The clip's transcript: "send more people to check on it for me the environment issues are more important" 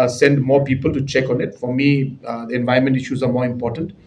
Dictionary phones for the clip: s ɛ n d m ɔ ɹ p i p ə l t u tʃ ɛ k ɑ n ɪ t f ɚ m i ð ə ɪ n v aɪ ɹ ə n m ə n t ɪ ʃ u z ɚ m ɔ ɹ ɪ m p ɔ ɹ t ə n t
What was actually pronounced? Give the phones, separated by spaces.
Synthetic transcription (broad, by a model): s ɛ n d m ɔ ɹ p i p ə l t u tʃ ɛ k ɑ n ɪ t f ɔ m i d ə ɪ n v aɪ ə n m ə n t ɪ ʃ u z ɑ m ɔ ɹ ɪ m p ɔ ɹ t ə n t